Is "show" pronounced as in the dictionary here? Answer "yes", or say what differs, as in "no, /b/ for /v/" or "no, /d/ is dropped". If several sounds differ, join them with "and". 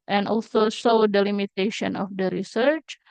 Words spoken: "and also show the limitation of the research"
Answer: no, /s/ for /ʃ/